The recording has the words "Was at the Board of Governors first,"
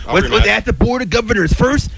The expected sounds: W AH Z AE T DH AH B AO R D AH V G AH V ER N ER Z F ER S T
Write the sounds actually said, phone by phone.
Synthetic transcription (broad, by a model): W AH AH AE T DH AH B AO R D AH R G AH V ER N ER Z F ER S T